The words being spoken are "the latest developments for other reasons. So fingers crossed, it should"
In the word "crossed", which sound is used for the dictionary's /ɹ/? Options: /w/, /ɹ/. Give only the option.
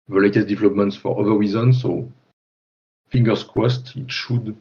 /w/